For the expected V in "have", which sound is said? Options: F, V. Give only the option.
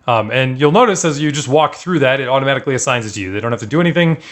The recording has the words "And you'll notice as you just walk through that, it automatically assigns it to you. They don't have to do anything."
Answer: F